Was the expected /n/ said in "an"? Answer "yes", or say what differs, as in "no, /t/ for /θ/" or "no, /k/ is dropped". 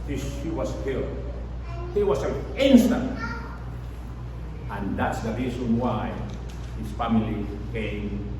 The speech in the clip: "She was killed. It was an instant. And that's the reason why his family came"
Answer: no, /l/ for /n/